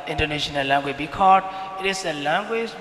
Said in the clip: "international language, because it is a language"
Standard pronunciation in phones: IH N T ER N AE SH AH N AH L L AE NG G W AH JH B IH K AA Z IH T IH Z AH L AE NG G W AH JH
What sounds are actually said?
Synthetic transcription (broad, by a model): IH N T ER N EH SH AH N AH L L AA NG G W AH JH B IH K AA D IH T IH S AH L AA NG G W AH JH